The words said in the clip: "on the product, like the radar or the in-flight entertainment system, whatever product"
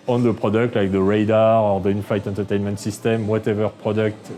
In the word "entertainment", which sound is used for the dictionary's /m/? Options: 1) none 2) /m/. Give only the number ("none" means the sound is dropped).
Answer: 2